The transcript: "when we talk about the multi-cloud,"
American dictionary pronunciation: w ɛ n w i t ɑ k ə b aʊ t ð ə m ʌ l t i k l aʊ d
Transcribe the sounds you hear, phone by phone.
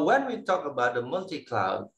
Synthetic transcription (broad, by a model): w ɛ n w i t ɑ k ə b aʊ t ð ə m ʌ l t i k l aʊ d